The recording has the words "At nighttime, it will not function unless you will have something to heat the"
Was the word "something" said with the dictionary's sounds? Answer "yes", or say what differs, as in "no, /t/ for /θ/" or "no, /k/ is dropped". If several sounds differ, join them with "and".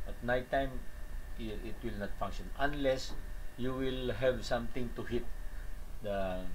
no, /t/ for /θ/